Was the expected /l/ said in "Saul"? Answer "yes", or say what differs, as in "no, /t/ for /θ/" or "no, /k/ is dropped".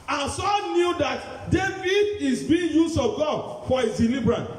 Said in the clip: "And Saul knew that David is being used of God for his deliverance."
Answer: no, /n/ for /l/